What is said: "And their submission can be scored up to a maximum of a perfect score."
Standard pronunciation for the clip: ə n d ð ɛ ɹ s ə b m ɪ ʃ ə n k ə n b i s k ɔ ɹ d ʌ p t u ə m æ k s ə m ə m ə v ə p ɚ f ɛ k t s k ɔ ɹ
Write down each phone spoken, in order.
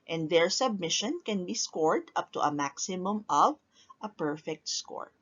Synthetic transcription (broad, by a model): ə n d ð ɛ ɹ s ə b m ɪ ʃ ə n k ə n b i s k ɔ ɹ d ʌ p t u ə m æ k s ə m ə m ə v ə p ɚ f ɛ k t s k ɔ ɹ